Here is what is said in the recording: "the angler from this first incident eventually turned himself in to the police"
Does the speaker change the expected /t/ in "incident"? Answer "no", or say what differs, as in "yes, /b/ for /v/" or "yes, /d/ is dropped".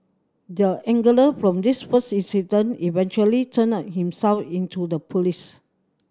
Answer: yes, /t/ is dropped